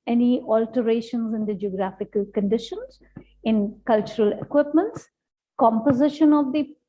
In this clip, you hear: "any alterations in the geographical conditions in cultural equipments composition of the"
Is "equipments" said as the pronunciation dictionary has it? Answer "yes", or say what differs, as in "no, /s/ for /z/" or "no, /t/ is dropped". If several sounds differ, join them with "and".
yes